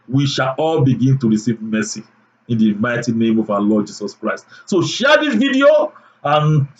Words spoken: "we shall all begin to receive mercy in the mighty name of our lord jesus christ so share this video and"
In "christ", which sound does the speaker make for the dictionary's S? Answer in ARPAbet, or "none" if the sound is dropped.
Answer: S